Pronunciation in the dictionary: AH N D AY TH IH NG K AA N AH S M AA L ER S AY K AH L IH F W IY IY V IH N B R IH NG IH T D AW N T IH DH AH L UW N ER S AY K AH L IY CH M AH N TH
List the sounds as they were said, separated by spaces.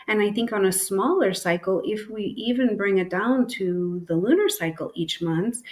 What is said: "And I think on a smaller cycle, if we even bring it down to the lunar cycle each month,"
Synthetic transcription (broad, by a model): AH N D AY TH IH NG K N AH S M AA L ER S AY K L IH F W IY IY V IH N B R IH NG IH T D AW N T IH DH AH L UW N ER S AY K L IY CH M AH N TH